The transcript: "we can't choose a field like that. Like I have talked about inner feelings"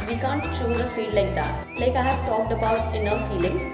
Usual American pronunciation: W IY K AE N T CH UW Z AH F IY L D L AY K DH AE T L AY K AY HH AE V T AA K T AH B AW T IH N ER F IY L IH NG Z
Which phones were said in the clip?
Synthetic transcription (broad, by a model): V IY K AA N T CH UW Z AH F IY D L AY K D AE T L AY K AY HH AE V T AA K T AH B AW T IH N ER F IY L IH NG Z